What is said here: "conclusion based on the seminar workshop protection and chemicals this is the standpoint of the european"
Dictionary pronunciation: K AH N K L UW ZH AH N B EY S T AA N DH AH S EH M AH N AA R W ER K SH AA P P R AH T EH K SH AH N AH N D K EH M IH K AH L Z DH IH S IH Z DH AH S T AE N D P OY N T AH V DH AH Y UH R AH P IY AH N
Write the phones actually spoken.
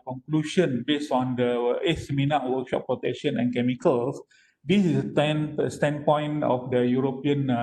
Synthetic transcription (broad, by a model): K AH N K L UW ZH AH N B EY S AA N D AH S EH M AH N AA W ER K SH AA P P R AH T EH K SH AH N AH N K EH M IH K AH L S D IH S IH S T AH S T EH N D P OY N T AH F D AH Y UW R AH P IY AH N